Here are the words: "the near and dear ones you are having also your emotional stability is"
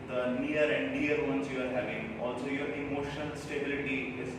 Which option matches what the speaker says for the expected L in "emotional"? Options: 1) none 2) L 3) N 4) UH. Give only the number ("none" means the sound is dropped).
3